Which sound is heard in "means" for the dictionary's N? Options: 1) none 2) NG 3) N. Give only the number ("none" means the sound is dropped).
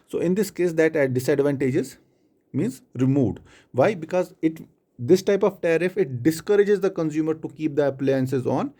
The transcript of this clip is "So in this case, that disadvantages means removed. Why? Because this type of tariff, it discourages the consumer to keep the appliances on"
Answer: 3